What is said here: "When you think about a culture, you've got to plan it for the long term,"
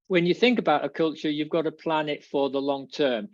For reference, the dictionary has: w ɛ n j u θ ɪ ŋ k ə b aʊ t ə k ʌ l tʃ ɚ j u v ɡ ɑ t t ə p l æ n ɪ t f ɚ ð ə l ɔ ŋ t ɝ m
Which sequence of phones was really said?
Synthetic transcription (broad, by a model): w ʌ n j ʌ θ ɪ ŋ k ə b aʊ t ə k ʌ l tʃ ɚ j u v ɡ ɑ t t ə p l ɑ n ɪ t f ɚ ð ə l ɔ ŋ t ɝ m